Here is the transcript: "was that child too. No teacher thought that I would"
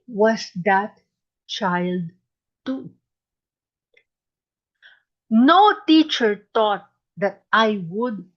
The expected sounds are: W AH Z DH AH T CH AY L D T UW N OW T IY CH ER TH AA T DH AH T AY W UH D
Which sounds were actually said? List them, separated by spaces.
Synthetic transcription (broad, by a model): W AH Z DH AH T CH AY L D T UW N OW T IY CH ER T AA T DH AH T AY W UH D